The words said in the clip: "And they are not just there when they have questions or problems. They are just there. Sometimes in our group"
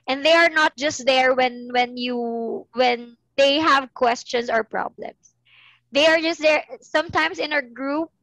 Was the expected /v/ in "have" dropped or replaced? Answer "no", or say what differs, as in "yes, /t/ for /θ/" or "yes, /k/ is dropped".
no